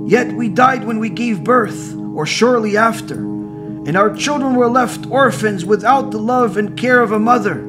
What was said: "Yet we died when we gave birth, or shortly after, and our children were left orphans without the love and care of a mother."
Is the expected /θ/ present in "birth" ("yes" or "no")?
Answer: yes